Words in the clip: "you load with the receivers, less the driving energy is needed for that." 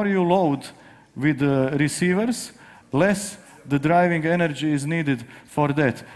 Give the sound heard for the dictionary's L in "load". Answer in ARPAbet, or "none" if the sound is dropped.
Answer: L